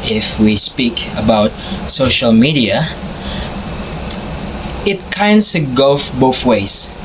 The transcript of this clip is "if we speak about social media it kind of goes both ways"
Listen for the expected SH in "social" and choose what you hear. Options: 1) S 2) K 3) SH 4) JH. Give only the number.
3